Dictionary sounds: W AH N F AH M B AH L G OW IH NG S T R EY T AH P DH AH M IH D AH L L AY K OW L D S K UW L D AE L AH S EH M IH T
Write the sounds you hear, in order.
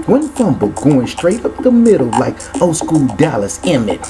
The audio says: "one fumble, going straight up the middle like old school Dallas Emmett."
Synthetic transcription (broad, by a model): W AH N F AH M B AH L G OW IH NG S T R EY T AH P DH AH M IH D L L AY K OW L S K UW L D AE L AH S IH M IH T